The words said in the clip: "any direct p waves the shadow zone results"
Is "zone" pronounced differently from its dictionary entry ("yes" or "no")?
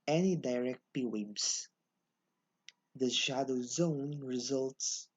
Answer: no